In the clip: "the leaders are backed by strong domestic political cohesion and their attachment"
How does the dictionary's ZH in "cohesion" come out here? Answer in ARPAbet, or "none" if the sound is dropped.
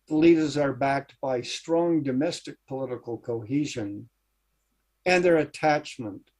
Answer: ZH